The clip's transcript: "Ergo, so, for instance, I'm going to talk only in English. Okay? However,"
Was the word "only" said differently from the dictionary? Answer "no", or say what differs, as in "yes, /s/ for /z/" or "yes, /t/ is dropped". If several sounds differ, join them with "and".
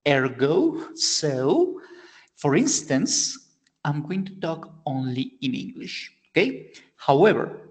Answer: no